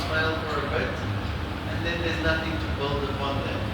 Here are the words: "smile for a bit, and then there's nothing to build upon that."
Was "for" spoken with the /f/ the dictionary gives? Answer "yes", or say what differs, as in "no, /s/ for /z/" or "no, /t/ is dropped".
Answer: no, /p/ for /f/